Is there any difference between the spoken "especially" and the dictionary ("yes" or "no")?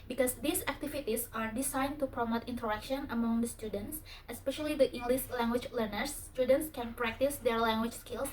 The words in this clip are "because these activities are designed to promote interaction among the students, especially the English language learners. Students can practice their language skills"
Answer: no